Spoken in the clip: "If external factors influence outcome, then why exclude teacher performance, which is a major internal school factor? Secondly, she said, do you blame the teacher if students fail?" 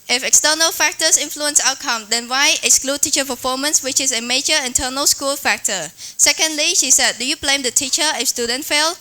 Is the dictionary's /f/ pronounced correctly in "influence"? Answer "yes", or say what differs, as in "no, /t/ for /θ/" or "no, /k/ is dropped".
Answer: yes